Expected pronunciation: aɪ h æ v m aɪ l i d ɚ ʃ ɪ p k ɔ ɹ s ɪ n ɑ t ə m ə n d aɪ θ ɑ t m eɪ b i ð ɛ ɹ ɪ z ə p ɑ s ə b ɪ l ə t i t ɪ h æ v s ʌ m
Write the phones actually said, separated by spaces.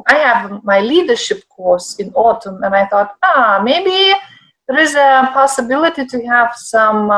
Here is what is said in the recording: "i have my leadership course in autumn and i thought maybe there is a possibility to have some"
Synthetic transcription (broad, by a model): aɪ h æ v m aɪ l i d ɚ ʃ ɪ p k ɔ ɹ s ɪ n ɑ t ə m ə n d aɪ θ ɑ t m eɪ b i ð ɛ ɹ ɪ z ə p ɑ s ə b ɪ l ə t i t ɪ h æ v s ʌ m